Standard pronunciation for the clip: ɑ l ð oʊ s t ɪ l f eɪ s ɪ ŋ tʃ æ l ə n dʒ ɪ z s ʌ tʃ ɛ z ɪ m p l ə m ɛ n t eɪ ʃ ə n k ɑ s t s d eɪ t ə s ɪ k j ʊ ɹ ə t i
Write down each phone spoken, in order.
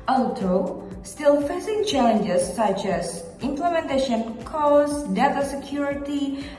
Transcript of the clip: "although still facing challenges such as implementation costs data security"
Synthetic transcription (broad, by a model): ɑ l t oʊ s t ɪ l f eɪ s ɪ ŋ tʃ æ l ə n dʒ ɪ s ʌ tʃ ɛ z ɪ m p l ə m ɛ n t eɪ ʃ ə n k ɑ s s d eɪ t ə s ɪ k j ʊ ɹ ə t i